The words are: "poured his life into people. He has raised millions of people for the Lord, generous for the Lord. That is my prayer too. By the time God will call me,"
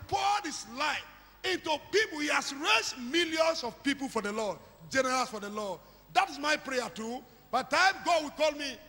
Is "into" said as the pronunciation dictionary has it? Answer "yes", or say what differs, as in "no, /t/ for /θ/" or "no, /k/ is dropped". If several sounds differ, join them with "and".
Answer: yes